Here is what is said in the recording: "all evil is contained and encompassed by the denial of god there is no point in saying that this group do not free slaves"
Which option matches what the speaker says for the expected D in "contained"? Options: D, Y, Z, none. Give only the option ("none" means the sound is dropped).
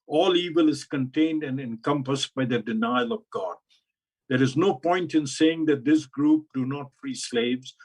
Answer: D